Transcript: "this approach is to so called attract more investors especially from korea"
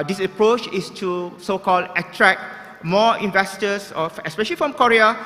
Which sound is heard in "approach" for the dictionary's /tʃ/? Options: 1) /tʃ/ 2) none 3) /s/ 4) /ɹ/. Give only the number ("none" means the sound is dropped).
1